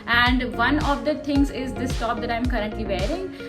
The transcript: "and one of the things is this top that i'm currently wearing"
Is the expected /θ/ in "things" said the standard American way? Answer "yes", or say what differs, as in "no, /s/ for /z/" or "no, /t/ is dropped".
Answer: no, /t/ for /θ/